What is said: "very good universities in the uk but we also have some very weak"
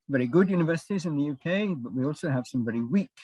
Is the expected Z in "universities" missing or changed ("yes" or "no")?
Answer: no